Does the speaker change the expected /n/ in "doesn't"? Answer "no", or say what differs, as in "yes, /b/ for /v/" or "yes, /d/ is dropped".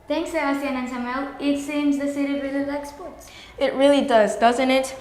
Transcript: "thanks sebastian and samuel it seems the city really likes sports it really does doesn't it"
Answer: no